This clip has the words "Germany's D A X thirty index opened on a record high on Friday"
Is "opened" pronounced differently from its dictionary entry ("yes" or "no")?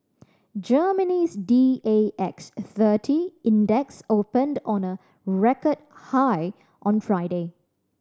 no